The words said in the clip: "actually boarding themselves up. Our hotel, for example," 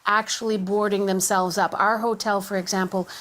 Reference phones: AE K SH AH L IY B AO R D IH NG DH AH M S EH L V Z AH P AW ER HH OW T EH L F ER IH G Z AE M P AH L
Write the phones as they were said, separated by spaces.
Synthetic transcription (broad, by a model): AE K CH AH L IY B AO R D IH NG DH AH M S EH L V Z AH P AW ER HH OW T EH L F ER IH G Z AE M P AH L